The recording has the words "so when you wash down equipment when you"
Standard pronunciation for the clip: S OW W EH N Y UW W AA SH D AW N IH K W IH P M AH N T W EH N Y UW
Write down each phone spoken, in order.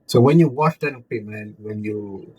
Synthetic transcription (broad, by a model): S OW W EH N Y UW W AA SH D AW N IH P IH M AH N W EH N Y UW